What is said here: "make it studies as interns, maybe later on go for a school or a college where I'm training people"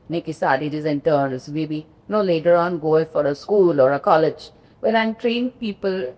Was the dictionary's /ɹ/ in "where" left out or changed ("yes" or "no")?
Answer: yes